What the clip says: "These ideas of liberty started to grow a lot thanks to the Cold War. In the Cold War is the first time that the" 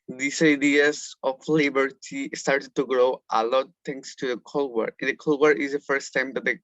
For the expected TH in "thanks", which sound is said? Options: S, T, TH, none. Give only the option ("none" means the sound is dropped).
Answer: T